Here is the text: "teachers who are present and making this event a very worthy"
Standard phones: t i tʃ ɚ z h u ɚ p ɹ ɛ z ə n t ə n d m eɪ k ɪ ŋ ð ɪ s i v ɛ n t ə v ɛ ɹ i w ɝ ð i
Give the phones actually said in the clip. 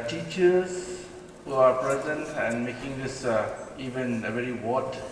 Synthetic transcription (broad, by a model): t i tʃ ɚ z h u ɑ p ɹ ɛ z ə n t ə n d m eɪ k ɪ ŋ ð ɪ s i v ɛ n ə v ɛ ɹ i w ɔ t